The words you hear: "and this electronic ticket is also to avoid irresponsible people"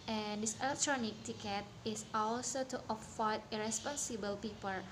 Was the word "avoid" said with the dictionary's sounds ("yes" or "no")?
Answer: no